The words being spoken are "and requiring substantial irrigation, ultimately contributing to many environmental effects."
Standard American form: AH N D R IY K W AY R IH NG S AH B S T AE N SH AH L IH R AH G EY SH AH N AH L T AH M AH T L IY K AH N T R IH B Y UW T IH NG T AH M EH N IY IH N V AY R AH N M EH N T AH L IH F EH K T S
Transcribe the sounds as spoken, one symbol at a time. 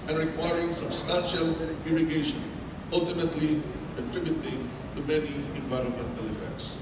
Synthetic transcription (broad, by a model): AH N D R IY K W AY R IH NG S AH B S T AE N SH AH L IH R AH G EY SH AH N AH L T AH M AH T L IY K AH T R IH B Y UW T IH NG T AH M EH N IY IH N V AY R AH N M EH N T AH L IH F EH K T S